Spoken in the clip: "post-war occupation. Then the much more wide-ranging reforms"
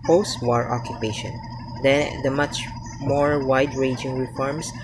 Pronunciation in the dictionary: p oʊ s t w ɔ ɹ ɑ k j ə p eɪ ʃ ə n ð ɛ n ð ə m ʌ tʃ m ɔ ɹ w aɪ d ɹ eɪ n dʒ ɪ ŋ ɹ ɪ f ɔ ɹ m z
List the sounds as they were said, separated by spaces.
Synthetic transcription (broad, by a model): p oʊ s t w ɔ ɹ ɑ k j ə p eɪ ʃ ə n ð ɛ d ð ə m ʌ tʃ m ɔ ɹ w aɪ d ɹ eɪ dʒ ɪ ŋ ɹ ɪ f ɔ ɹ m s